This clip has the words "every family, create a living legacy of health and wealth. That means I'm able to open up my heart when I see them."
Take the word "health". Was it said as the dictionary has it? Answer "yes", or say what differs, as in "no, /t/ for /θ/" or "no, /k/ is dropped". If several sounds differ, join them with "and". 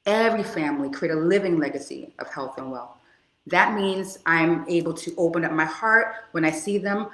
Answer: yes